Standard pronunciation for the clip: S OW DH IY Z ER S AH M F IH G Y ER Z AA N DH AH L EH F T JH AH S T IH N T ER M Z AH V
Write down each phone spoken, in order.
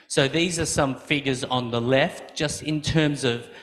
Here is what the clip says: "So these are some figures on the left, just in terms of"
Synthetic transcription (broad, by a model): S OW DH IY Z ER S AH M F IH G Y ER Z N DH AH L EH F T JH AH S T IH N T ER M Z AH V